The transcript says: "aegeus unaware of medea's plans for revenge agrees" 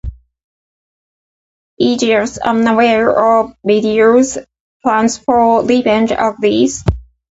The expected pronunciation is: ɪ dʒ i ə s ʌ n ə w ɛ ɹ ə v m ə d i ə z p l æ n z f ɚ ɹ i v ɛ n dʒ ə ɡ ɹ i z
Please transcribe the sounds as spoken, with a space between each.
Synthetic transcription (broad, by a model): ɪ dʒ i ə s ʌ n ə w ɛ ɹ ə v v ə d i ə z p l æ n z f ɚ l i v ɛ n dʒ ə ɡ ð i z